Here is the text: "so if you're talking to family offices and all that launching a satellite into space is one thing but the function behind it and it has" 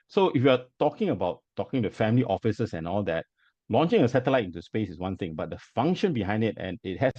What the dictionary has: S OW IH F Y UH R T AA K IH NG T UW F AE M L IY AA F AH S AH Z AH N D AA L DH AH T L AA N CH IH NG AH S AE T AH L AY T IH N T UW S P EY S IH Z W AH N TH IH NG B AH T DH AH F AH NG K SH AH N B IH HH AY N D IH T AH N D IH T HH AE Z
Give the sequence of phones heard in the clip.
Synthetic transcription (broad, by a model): S OW IH F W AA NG T AA K IH NG T UW F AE M L IY AA F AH S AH S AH N AA L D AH T L AA N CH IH NG AH S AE T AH L AY T IH N T UW S P EY S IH S W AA N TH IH NG B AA T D AH F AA NG K SH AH N B IH HH AY N D IH T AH N IH T HH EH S